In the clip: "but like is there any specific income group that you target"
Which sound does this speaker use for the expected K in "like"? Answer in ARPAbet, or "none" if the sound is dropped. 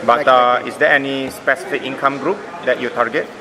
none